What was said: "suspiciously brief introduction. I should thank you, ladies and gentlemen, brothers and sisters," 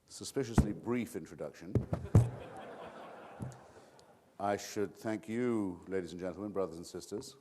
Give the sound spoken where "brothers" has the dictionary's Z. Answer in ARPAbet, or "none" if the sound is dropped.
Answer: Z